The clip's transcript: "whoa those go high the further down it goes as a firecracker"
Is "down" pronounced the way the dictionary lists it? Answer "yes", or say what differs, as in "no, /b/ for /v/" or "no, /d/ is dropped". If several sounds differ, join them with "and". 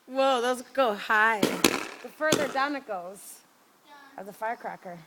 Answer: yes